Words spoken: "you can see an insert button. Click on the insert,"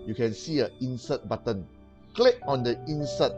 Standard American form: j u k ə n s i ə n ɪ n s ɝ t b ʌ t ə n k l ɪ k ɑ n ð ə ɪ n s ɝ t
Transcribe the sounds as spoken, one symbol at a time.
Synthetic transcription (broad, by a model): j u k ə n s i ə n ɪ n s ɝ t b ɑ t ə n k l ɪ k ɑ n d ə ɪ n s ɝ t